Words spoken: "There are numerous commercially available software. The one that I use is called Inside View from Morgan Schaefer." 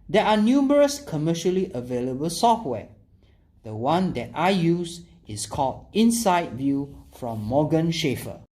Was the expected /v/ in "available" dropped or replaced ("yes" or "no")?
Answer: no